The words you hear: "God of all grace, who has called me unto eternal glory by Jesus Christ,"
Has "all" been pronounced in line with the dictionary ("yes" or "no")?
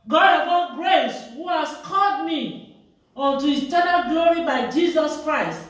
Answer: no